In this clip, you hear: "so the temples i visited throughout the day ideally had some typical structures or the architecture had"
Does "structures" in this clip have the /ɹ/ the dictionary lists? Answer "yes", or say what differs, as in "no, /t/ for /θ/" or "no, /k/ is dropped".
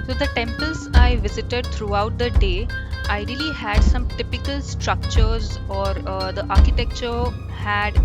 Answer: yes